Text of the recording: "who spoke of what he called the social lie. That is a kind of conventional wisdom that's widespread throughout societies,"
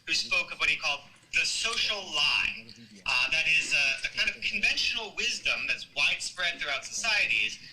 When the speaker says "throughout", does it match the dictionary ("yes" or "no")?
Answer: yes